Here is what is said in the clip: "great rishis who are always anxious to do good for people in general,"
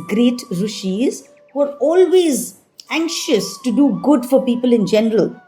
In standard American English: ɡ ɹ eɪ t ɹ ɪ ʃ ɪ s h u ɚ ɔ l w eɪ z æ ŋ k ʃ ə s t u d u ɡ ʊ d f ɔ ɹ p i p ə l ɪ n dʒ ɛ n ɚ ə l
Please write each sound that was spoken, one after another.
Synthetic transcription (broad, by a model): ɡ ɹ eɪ t ɹ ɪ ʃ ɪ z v ɚ ɔ l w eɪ z æ ŋ k ʃ ə s t u d u ɡ ʊ d f ɔ ɹ p i p ə l ɪ n dʒ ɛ n ɚ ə l